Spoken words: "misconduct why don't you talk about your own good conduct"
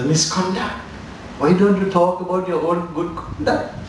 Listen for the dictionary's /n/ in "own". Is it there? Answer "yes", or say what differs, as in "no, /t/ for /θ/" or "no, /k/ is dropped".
no, /l/ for /n/